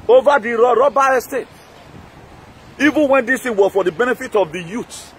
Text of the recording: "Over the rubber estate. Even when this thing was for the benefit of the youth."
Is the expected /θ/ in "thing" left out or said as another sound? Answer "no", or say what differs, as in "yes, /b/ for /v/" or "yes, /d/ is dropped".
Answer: yes, /t/ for /θ/